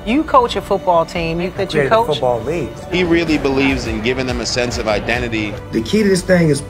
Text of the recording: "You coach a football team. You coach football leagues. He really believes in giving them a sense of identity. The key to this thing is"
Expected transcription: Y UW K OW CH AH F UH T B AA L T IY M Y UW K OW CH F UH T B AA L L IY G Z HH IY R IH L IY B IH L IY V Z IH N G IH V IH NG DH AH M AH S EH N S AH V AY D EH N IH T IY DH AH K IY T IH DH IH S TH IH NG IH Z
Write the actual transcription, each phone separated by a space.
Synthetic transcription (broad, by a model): Y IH K OW CH AH F UH T B AA L T IY M Y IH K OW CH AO UH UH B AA L L IY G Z HH IY R IH L IY B IH L IY V Z IH N G IH V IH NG DH AH M AH S EH N S AH V AY D EH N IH T IY DH AH K IY T IH DH IH S TH IH NG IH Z